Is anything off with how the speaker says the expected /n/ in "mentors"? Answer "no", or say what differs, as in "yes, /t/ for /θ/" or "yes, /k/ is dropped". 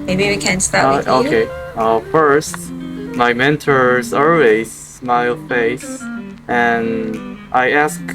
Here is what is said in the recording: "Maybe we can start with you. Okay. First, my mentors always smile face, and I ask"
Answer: no